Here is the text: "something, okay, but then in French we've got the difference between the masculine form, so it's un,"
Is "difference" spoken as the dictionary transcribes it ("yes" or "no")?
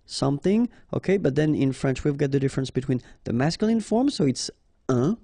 yes